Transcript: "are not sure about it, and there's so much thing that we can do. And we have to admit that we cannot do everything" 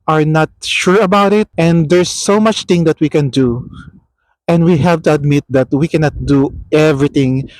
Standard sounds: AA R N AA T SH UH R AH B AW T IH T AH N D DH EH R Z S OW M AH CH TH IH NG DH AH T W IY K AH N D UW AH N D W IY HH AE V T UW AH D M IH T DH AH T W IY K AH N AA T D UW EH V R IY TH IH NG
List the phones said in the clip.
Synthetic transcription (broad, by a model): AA R N AA T SH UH R AH B AW T IH T AH N D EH R S OW M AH CH T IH NG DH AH T W IY K AH N D UW AH N D W IY HH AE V T UW AH D M IH T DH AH T W IY K AH N AA T D UW EH V R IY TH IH NG